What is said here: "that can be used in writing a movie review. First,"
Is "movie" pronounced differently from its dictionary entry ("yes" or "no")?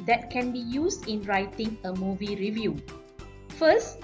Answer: no